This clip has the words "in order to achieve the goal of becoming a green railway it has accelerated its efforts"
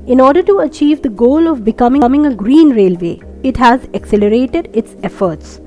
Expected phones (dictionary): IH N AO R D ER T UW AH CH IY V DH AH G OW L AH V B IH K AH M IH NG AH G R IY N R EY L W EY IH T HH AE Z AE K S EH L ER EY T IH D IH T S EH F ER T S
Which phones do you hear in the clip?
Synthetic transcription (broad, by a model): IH N AO R D ER T UW AH CH IY V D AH G OW L AH V B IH K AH M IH NG AH G R IY N R EY L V EY IH T HH AE Z AE K S EH L ER EY T IH D IH T S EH F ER T S